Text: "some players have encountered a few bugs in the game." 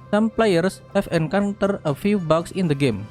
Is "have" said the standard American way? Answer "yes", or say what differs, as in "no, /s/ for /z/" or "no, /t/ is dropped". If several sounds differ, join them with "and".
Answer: no, /f/ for /v/